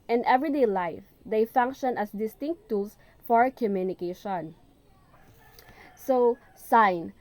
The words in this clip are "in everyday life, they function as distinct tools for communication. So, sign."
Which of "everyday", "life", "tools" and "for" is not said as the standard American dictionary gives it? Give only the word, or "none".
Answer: tools